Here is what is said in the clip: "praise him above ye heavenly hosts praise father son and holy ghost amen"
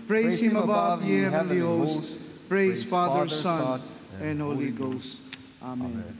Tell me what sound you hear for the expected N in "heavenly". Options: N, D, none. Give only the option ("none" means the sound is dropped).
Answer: none